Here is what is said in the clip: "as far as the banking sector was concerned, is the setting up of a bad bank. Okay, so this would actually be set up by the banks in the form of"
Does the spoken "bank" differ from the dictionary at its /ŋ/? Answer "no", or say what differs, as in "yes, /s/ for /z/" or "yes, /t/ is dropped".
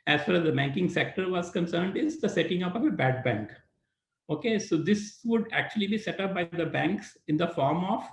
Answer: no